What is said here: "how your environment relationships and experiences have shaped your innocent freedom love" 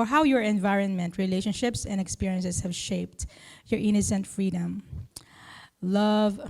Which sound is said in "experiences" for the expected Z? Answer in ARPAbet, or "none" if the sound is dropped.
S